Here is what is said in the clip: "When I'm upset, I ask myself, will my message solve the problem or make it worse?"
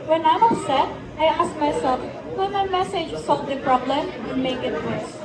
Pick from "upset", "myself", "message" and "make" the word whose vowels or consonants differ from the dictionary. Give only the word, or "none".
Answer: upset